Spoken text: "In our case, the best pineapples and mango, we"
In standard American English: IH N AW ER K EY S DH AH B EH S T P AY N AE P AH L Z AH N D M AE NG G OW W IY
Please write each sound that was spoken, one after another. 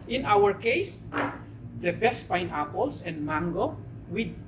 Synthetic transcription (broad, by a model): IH N AW ER K EY S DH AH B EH S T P AY N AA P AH L S AH N D M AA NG G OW W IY